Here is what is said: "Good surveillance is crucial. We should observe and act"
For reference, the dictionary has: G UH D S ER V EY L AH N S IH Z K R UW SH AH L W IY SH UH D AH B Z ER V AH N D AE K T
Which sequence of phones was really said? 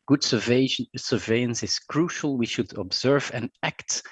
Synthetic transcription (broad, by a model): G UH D S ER V EY AH N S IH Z K R UW SH AH L W IY SH UH D AH B Z ER V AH N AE K T